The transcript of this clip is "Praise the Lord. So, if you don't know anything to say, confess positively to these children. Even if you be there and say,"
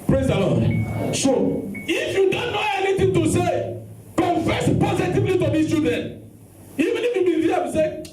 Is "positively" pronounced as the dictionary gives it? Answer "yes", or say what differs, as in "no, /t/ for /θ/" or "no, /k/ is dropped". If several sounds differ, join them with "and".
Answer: yes